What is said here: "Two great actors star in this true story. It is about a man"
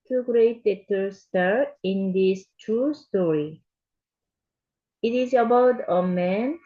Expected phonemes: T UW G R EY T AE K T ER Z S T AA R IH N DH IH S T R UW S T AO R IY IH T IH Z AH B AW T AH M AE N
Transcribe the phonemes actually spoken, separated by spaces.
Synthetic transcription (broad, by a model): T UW G R EY T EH T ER S T AA R IH N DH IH S T R UW S T AO R IY IH T IH Z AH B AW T AH M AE N